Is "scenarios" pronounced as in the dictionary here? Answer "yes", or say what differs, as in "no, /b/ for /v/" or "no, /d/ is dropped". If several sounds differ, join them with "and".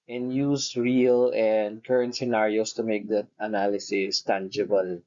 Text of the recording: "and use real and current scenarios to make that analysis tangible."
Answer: no, /s/ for /z/